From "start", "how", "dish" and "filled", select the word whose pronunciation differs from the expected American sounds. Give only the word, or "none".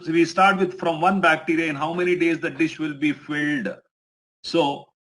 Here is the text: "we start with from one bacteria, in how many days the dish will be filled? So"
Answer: none